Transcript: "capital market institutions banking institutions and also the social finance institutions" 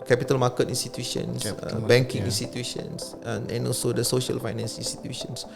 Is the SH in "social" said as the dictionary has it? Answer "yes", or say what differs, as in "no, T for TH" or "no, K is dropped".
yes